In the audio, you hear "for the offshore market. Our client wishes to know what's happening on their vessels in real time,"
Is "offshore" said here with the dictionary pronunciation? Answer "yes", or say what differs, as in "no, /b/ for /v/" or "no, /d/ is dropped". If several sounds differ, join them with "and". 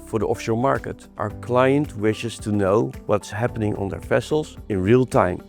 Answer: no, /l/ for /ɹ/